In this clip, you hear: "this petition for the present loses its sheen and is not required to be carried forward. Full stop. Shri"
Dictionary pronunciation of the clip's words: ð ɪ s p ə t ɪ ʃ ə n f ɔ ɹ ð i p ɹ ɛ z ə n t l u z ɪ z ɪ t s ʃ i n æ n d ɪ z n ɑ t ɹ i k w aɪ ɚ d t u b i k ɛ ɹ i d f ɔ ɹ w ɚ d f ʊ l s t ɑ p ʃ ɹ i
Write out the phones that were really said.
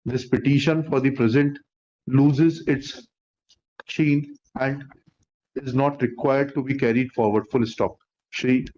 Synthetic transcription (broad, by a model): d ɪ s p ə t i ʃ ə n f ɔ ɹ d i p ɹ ɛ z ə n t l u z ɪ z ɪ t s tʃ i n æ n d ɪ z n ɑ t ɹ i k w aɪ ɚ d t u b i k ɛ ɹ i d f ɔ ɹ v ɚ d f ʊ l s t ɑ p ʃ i